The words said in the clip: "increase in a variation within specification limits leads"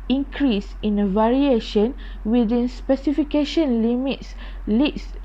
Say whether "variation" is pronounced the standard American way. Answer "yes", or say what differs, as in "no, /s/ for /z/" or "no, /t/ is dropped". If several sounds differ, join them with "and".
yes